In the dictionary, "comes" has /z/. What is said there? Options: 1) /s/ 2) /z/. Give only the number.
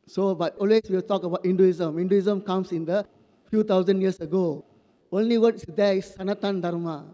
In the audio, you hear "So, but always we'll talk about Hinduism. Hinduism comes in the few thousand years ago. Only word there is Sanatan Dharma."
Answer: 1